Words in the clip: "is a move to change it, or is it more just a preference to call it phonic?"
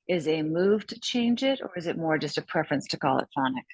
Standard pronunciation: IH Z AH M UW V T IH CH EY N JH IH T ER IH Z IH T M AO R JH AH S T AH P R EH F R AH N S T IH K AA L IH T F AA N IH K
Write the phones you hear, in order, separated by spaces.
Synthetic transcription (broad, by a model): IH Z AH M UW V T IH CH EY N JH IH T ER IH Z IH T M AO R JH AH S T AH P R EH F R AH N S T IH K AA L IH T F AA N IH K